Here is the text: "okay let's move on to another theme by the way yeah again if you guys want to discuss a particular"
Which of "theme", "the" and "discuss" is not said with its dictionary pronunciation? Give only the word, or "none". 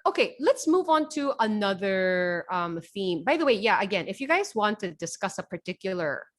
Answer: none